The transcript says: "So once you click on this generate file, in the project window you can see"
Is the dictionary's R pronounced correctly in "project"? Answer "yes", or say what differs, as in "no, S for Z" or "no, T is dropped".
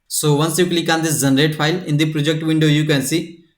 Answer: yes